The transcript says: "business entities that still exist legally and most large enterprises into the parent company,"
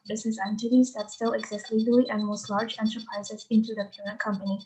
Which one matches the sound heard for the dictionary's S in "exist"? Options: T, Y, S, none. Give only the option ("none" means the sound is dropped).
S